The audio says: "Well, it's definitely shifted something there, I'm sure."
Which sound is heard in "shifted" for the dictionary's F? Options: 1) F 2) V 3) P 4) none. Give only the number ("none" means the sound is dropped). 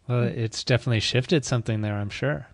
1